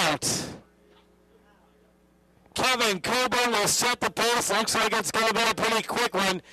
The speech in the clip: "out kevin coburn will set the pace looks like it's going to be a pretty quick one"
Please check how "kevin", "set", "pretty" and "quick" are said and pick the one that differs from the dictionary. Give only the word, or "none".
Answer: none